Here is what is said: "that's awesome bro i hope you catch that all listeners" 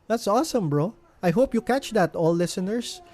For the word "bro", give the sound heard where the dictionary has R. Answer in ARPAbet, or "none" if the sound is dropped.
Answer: R